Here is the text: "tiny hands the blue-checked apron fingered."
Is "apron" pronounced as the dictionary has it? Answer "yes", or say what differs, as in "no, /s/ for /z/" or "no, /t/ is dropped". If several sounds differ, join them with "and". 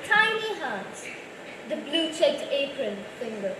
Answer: yes